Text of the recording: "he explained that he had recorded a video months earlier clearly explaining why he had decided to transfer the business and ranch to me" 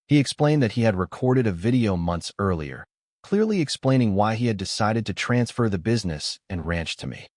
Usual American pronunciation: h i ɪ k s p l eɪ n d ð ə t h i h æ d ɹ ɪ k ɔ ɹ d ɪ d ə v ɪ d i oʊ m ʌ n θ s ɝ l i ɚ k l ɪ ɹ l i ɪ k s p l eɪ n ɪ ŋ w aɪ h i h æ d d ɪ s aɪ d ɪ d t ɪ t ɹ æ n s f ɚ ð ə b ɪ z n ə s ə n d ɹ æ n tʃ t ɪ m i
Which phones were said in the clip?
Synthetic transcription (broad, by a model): h i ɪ k s p l eɪ n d ð ə t h i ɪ d ɹ ɪ k ɔ ɹ d ɪ d ə v ɪ d i oʊ m ʌ n θ s ɝ l i ɚ k l ɪ ɹ l i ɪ k s p l eɪ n ɪ ŋ w aɪ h i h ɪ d d ɪ s aɪ d ɪ d t ɪ t ɹ æ n s f ɚ ð ə b ɪ z n ə s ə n ɹ æ n tʃ t ɪ m i